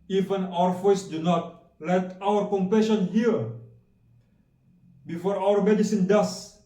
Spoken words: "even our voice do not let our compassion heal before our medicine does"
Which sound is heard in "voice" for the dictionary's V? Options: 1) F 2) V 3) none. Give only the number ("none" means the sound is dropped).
1